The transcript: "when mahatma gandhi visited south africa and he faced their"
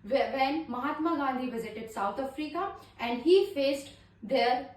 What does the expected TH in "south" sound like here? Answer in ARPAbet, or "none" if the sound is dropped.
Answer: T